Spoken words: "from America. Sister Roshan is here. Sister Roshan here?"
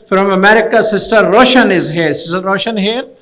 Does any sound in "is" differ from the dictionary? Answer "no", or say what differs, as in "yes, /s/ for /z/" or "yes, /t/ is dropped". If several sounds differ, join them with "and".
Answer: no